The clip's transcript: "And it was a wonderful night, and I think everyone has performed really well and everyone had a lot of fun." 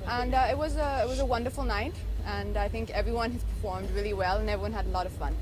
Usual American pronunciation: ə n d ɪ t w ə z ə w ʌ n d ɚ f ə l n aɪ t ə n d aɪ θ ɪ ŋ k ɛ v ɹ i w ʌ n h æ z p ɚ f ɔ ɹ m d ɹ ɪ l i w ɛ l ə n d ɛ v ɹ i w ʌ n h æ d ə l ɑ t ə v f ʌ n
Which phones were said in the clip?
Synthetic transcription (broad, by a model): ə n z ɪ t w ə z ə w ʌ n d ɚ f l n aɪ t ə n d aɪ θ ɪ ŋ k ɛ v ɹ i w ʌ n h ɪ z p ɚ f ɔ ɹ m d ɹ ɪ l i w ɛ l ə n ɛ v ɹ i w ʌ n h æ d ə l ɑ t ə v f ʌ n